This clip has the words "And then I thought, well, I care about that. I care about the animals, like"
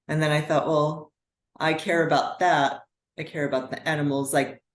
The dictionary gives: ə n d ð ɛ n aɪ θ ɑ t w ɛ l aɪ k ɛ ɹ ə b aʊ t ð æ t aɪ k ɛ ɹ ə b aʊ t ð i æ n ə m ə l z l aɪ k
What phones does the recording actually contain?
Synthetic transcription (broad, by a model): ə n ð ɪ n aɪ θ ɑ t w ɛ l aɪ k ɛ ɹ ə b aʊ t ð æ t aɪ k ɛ ɹ ə b aʊ t ð i æ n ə m l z l aɪ k